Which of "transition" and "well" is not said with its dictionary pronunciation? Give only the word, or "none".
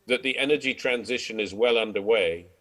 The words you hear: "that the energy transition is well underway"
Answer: none